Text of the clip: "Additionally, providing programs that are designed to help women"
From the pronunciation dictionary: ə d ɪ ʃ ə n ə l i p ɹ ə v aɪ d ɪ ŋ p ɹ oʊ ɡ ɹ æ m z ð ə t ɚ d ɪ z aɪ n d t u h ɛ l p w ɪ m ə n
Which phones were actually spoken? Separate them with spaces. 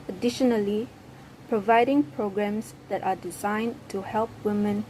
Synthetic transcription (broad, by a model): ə d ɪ ʃ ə n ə l i p ɹ ə v aɪ d ɪ ŋ p ɹ oʊ ɡ ɹ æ m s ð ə t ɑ d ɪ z aɪ n t u h ɛ l p w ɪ m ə n